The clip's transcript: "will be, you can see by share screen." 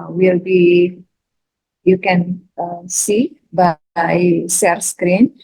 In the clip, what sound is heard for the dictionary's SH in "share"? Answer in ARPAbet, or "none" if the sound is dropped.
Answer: S